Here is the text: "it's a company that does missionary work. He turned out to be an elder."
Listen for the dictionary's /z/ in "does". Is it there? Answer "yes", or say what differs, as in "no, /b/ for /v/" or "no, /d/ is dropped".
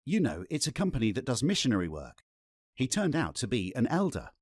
yes